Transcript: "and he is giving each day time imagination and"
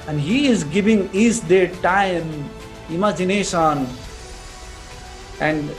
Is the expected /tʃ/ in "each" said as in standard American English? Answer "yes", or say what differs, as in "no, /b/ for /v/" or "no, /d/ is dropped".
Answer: no, /s/ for /tʃ/